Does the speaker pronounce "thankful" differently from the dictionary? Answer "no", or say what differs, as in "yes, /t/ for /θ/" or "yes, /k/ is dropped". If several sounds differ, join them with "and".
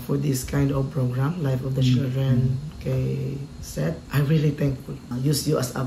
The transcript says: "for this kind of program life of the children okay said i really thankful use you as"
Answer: yes, /t/ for /θ/